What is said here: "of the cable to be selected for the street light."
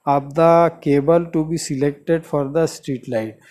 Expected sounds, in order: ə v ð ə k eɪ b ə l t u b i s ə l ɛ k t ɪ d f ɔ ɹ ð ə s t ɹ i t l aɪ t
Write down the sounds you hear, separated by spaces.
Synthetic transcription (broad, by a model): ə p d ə k eɪ b ə l t u b i s ə l ɛ k t ɪ d f ɔ ɹ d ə s t ɹ i t l aɪ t